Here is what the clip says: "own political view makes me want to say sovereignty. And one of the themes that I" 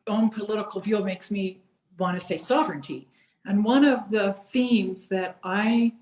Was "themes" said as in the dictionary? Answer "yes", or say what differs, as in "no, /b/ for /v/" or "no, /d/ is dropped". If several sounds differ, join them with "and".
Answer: yes